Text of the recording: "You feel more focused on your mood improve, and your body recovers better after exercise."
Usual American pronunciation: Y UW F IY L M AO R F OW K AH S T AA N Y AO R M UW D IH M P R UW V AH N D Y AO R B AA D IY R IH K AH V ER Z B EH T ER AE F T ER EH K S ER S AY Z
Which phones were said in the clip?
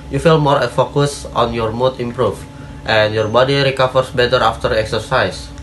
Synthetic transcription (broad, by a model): Y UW F IY L M AO R F OW K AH S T AA N Y AO R M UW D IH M P R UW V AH N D Y AO R B AA D IY R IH K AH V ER S B EH T ER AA F T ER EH K S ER S AY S